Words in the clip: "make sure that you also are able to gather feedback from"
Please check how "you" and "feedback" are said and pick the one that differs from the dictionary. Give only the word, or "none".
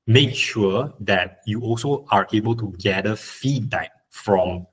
feedback